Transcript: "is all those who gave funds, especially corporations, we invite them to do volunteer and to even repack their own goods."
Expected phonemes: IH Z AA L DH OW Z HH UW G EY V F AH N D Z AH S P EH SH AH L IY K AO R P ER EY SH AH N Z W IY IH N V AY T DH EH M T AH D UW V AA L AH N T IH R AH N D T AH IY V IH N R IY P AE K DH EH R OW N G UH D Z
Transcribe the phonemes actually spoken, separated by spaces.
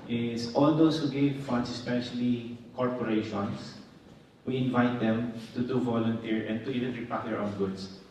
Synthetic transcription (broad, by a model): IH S AA L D OW S HH UW G EY V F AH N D S AH S P EH SH AH L IY K AO R P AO EY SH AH N S W IY IH N V AY T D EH M T AH D UW V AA L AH N T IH R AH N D T AH IY V IH N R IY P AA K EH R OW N G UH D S